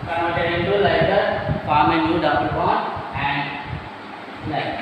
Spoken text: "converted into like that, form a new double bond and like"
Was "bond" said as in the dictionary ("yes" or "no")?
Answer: no